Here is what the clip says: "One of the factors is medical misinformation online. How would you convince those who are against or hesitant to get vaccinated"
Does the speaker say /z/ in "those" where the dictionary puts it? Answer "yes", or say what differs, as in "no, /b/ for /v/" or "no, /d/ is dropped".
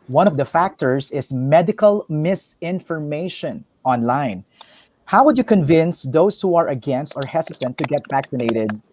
no, /s/ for /z/